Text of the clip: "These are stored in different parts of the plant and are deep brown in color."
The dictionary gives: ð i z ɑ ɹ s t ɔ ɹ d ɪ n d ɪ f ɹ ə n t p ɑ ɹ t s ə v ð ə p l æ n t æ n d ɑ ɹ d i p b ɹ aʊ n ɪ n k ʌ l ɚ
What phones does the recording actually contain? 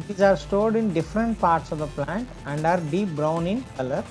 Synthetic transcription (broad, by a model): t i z ɑ ɹ s t ɔ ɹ d ɪ n d ɪ f ɹ ə n t p ɑ ɹ t s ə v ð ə p l æ n t æ n d ɑ ɹ d i p b ɹ aʊ n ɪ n k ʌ l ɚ